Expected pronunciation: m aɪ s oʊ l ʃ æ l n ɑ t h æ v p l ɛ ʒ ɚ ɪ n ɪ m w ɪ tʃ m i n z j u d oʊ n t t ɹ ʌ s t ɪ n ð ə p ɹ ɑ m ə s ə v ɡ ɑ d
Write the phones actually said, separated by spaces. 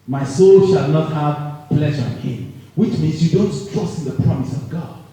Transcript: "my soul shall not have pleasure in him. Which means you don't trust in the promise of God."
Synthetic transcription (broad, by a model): m aɪ s oʊ l ʃ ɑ l n ɑ t h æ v p l ɛ ʒ ɚ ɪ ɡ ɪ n w ɪ tʃ m i n z j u d oʊ n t t ɹ ʌ s t ɪ n ð ə p ɹ ɑ m ə s ə v ɡ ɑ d